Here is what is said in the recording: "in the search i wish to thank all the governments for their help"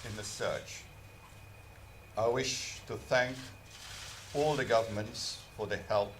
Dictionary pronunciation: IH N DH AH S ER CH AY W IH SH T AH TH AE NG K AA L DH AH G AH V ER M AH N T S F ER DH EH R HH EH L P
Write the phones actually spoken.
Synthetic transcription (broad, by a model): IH N DH AH S ER CH AY W IH SH T AH TH AE NG K AA L DH AH G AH V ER M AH N T S F ER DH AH HH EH L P